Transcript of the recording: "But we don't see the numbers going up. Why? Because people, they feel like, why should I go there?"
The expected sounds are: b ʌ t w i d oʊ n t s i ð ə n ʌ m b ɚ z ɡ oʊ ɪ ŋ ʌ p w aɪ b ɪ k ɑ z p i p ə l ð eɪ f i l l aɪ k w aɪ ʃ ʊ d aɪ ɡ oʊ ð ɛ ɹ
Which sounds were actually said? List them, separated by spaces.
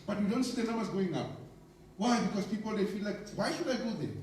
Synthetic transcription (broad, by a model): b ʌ t w i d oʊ n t s i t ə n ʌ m ɚ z ɡ oʊ ɪ ŋ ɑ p w aɪ b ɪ k ɑ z p i p ə l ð eɪ f i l l aɪ k w aɪ ʃ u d aɪ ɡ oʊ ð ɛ